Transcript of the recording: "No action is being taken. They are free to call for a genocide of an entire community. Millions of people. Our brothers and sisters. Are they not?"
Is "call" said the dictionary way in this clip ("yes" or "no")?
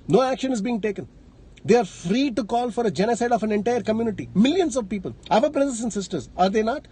yes